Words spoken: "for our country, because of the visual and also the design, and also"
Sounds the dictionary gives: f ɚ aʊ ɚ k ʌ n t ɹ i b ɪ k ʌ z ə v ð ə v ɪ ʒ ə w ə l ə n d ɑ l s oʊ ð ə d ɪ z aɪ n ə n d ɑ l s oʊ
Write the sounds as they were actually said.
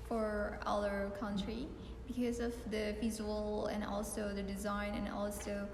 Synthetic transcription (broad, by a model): f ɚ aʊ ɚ k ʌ n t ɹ i b ɪ k ʌ z ə v ð ə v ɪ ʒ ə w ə l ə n ɑ l s oʊ ð ə d ɪ z aɪ n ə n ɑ l s oʊ